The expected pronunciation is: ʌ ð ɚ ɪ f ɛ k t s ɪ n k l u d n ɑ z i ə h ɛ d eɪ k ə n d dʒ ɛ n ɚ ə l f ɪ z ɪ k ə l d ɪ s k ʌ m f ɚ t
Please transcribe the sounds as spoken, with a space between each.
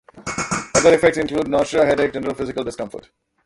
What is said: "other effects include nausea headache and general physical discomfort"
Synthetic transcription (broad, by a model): ʌ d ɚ ɪ f ɛ k t s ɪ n k l u d n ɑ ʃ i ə h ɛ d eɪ ə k dʒ ɛ n ɚ ə l f ɪ z ɪ k ə l d ɪ s k ʌ m f ɚ t